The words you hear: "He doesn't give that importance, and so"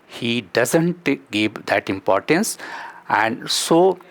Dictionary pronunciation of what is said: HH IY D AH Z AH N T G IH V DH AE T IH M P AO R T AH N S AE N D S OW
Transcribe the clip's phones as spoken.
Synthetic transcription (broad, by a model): HH IY D AH Z AH N T G IH V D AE T IH M P AO R T AH N S AE N D S OW